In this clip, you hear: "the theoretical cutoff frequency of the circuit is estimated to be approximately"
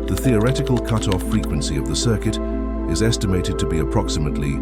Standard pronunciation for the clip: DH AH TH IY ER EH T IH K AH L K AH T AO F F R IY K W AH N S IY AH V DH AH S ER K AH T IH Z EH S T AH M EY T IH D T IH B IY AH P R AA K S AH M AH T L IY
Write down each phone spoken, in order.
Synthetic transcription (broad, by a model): DH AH TH IY ER EH T IH K AH L K AH T AO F F R IY K W AH N S IY AH V DH AH S ER K AH T IH Z EH S T AH M EY T IH D T IH B IY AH P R AA K S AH M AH T L IY